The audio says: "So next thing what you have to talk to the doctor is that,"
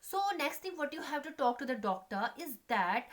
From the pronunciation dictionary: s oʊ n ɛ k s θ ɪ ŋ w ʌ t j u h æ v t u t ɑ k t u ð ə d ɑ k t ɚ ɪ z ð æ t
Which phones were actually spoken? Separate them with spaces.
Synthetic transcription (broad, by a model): s oʊ n ɛ k s t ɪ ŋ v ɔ t j u h æ v t u t ɑ k t u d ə d ɑ k t ɚ ɪ z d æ t